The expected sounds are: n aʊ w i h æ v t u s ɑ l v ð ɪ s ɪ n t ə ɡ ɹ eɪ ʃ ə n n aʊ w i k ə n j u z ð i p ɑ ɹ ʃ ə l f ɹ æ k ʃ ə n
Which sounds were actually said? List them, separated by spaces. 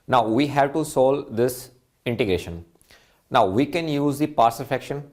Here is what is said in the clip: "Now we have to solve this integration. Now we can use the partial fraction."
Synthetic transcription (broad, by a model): n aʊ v i h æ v t u s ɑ l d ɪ s ɪ n t ə ɡ ɹ eɪ ʃ ə n n aʊ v i k ə n j u z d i p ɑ ɹ s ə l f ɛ k ʃ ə n